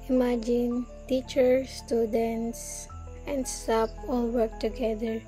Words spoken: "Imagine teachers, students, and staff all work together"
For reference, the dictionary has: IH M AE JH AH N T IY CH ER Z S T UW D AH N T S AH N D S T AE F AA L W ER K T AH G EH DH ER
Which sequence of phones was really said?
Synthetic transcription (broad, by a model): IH M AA JH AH N T IY CH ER S T UW D AH N T S AH N D S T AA P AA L W ER K T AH G EH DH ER